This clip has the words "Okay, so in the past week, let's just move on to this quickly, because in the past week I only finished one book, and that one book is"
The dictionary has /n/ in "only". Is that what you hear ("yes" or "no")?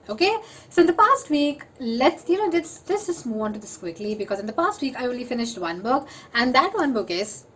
no